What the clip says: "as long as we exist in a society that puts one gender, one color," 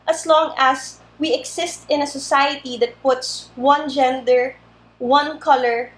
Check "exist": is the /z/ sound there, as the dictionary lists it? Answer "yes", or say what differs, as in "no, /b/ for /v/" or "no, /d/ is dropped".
no, /s/ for /z/